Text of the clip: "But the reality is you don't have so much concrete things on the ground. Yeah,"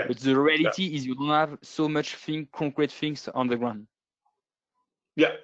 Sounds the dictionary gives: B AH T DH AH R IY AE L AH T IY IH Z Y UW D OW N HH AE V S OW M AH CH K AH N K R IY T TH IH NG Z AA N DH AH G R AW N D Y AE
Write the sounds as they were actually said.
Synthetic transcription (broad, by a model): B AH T DH AH R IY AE L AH T IY IH Z Y UW D OW N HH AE V S OW M AH CH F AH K K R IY T F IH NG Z AA N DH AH G R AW N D Y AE